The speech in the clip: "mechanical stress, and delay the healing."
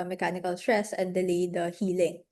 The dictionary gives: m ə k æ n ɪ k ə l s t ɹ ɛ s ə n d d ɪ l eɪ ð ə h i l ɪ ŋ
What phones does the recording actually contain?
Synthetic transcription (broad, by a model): m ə k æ n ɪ k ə l s t ɹ ɛ s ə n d d ɪ l eɪ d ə h i l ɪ ŋ